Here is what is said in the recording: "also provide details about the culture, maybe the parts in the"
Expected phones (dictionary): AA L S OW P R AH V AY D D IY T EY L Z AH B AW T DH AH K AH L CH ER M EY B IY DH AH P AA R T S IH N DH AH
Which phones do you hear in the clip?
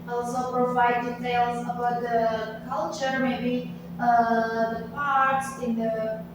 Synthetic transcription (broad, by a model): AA L S OW P R AH V AY D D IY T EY L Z AH B AW T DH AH K AH L CH ER M EY B IY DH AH P AA R T S IH N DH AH